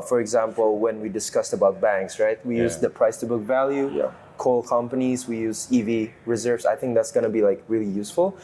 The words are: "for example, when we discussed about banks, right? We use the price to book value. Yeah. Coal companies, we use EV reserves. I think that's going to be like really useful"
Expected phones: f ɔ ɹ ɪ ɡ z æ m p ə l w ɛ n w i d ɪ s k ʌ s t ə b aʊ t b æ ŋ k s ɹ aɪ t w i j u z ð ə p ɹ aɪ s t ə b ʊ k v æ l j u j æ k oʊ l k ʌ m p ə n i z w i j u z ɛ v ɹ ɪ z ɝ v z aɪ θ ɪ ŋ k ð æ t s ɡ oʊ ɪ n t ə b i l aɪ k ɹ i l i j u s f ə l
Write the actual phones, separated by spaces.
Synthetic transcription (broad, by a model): f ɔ ɹ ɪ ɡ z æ m p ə l w ɛ n w i d ɪ s k ʌ s t ə b aʊ t b æ ŋ k s ɹ aɪ t w i j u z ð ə p ɹ aɪ s t ə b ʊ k v æ l j u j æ k oʊ l k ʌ m p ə n i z w i j u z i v ɹ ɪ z ɝ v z aɪ θ ɪ ŋ k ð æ t s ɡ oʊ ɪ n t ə b i l aɪ k ɹ i l i j u s f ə l